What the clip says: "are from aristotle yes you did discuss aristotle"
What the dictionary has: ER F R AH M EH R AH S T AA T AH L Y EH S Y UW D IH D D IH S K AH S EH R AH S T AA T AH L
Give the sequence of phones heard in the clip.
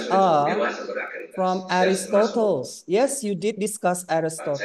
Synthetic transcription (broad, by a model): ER F R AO M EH R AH S T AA T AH L Y EH S Y UW D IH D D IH S K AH S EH R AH S T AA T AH